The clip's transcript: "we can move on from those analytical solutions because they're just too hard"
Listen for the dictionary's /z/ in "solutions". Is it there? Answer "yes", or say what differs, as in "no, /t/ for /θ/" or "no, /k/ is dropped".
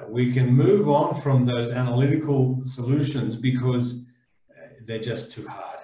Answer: yes